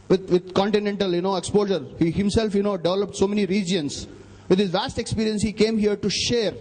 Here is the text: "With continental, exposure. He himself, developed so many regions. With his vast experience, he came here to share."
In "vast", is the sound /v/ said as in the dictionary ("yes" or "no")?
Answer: yes